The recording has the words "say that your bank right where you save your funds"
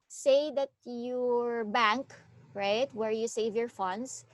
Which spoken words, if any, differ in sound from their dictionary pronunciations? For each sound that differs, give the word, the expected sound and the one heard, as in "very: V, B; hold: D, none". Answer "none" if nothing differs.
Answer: none